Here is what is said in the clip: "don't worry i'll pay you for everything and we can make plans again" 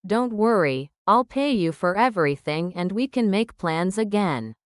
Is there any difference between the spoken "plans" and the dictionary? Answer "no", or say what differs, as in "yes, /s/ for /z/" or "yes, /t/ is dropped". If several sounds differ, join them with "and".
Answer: no